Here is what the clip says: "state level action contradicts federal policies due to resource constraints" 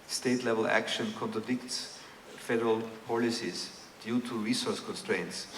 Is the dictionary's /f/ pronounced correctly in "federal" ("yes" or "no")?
yes